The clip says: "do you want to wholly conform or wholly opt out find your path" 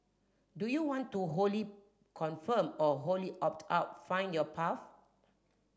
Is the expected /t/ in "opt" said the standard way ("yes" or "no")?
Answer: yes